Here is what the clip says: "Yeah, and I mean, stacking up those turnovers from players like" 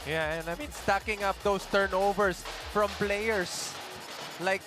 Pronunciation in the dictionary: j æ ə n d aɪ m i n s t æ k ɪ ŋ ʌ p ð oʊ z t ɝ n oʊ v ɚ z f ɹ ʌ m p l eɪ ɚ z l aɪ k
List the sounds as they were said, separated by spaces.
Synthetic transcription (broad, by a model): j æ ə n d aɪ m i n s t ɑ k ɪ ŋ ʌ p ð oʊ s t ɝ n oʊ v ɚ s f ɹ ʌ m p l eɪ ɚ s l aɪ k